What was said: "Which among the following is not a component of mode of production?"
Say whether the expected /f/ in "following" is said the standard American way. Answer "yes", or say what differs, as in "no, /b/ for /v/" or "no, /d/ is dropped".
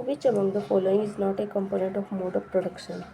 yes